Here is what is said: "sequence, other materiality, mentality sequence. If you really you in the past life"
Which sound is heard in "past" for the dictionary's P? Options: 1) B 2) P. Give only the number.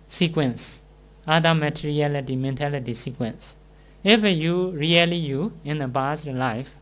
1